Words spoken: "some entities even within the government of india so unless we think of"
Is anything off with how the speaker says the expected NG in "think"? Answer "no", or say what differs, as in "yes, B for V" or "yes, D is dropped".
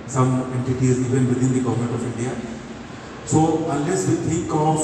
yes, NG is dropped